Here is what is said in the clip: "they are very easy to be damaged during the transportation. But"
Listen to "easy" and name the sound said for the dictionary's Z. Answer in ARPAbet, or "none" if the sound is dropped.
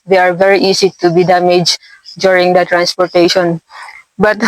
S